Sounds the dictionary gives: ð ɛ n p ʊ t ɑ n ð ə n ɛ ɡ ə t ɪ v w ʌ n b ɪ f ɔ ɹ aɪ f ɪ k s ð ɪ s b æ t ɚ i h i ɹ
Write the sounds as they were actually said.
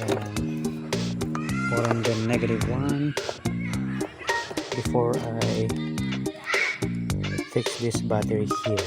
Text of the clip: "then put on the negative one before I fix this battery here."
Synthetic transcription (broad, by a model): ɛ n f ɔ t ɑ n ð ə n ɛ ɡ ə t ɪ v w ʌ n b ɪ f ɔ ɹ aɪ f ɪ k s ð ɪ s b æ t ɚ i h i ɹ